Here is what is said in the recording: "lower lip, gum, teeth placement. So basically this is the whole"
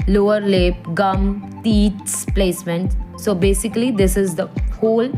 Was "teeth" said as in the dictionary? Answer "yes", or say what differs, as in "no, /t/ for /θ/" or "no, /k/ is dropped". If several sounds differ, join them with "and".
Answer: no, /s/ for /θ/